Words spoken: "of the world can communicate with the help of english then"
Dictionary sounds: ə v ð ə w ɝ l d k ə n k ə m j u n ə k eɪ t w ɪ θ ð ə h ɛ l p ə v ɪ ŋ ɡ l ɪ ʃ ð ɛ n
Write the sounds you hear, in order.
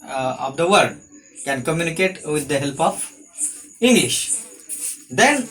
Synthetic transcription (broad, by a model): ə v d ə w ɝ d k ə n k ə m j u n ə k eɪ t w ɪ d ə h ɛ l p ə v ɪ ŋ ɡ l ɪ ʃ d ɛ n